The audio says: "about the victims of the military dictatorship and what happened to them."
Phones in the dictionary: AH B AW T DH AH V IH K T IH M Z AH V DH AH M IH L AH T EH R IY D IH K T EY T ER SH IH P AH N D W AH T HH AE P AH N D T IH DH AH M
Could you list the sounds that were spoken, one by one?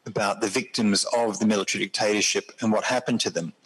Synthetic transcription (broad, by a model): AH B AW T DH AH V IH K T IH M Z AH V DH AH M IH L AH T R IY D IH K T EY T ER SH IH P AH N W AH T HH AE P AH N T IH DH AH M